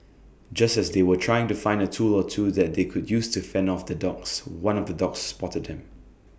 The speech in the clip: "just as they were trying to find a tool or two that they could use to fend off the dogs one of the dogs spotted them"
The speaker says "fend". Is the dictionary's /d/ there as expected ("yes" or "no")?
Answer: no